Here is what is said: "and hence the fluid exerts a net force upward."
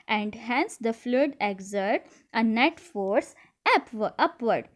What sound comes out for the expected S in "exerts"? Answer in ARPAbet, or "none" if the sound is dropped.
none